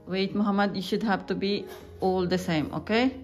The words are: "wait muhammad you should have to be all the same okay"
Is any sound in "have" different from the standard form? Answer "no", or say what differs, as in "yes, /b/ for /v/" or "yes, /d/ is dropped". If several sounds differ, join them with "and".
yes, /b/ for /v/